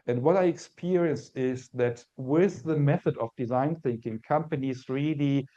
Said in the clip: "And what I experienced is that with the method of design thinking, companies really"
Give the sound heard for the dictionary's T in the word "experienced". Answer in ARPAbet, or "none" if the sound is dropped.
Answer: none